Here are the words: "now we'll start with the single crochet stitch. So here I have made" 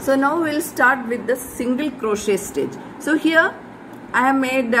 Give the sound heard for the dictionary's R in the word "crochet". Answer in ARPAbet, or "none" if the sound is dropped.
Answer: R